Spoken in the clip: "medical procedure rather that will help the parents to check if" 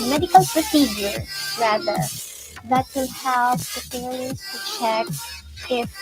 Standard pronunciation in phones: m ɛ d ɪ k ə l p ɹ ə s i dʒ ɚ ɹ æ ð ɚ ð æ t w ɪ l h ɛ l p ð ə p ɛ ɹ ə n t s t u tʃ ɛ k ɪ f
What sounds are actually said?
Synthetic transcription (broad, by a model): m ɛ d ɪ k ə l p ɹ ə s i dʒ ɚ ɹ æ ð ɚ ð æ t w ɪ l h ɛ l p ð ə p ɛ l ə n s t u tʃ ɛ k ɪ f